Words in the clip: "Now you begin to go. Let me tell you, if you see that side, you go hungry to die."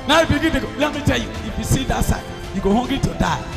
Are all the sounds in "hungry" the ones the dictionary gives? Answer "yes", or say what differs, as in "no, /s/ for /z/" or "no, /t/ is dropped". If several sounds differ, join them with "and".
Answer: no, /ɹ/ is dropped